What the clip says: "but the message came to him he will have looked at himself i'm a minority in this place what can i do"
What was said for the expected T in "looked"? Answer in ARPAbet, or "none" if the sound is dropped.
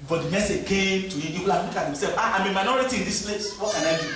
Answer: none